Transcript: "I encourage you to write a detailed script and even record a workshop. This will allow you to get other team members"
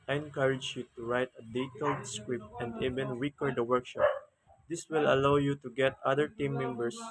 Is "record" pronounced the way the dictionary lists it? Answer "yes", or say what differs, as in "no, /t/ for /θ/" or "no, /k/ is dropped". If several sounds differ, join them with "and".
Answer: no, /w/ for /ɹ/